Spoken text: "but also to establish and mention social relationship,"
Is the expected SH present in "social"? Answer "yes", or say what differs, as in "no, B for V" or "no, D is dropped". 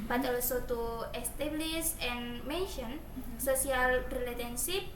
no, S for SH